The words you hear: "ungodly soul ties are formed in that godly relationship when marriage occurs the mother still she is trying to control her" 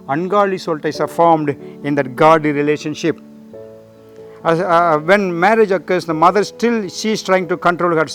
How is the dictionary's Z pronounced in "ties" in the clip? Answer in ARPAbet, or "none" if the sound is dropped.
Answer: S